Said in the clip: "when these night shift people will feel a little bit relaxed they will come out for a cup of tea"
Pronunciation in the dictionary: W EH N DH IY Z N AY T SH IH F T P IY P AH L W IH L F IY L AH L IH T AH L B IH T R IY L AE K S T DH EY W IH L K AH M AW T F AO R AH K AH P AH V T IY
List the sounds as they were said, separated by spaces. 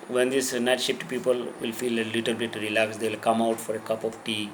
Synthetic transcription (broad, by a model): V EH N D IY S N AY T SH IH P T P IY P AH L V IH L F IY L AH L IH T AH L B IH T R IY L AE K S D EY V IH L K AH M AW T F AO R AH K AH P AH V T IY